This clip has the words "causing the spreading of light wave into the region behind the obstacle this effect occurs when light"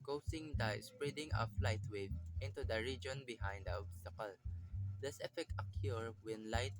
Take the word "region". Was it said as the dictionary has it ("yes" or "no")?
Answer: yes